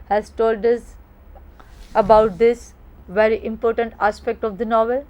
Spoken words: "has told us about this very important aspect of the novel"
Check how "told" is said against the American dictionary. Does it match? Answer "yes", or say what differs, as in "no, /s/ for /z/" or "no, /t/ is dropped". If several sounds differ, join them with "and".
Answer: yes